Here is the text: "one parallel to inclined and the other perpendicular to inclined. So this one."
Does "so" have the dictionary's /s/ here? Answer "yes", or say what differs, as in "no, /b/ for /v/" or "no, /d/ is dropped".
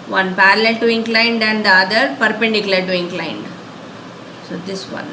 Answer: yes